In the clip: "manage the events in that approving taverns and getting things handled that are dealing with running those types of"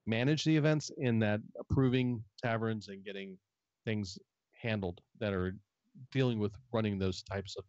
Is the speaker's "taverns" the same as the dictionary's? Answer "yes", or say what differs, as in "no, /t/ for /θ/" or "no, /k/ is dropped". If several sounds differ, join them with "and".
yes